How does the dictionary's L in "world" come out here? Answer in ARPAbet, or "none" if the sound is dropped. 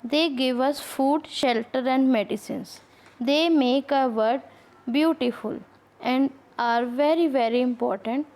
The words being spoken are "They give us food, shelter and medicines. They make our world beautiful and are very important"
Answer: none